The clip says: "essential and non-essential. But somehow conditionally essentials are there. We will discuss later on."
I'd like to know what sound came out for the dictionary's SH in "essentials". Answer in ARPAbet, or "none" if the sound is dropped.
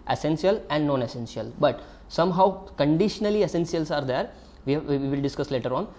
S